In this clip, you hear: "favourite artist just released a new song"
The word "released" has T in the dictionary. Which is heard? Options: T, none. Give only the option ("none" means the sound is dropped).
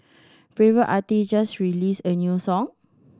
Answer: none